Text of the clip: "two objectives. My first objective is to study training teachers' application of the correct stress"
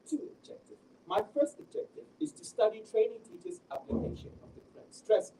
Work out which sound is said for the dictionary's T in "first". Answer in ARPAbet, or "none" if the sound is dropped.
T